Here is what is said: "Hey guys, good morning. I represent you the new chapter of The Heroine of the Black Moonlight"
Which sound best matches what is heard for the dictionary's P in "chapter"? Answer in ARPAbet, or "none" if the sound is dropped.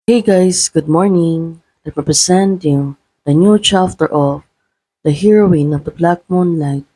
F